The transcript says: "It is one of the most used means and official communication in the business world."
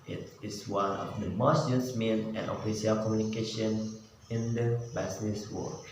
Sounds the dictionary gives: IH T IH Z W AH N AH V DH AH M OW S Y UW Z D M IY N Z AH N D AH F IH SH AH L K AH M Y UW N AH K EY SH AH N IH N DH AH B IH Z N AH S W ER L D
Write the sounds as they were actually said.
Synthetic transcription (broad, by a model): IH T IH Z W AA N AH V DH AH M OW S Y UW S M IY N AH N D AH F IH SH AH L K AH M Y UW N AH K EY SH AH N IH N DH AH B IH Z N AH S W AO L